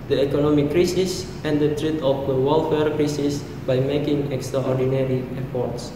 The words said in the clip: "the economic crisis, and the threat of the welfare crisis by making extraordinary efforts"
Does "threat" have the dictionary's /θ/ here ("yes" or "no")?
no